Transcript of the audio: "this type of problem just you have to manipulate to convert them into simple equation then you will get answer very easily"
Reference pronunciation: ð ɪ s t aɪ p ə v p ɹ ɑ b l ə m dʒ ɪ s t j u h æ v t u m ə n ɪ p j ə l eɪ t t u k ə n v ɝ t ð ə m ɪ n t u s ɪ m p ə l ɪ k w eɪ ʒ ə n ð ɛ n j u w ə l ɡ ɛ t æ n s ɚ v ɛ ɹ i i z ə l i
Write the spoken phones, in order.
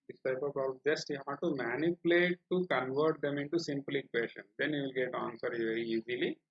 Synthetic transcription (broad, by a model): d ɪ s t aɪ ə p ɑ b ə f dʒ ɪ s t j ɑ t u m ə n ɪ p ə l eɪ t t u k ə n v ɝ t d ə m ɪ n t u s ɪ m p l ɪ k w eɪ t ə n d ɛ n j u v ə l ɡ ɛ t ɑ n s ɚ v ɛ ɹ i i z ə l i